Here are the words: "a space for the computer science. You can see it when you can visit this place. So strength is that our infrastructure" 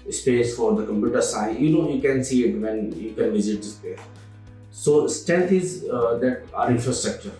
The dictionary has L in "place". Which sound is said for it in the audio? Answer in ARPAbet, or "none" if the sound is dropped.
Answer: none